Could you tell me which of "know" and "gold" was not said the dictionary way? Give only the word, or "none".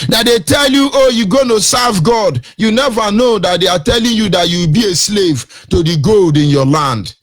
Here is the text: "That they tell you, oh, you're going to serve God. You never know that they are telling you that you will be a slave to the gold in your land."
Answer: none